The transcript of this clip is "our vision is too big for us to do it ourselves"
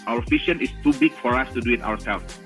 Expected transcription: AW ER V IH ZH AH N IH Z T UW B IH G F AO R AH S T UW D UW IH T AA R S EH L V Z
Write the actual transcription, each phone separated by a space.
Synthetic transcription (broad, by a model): AW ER F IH SH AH N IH S T UW B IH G F AO R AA S T UW D UW IH T AA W S EH L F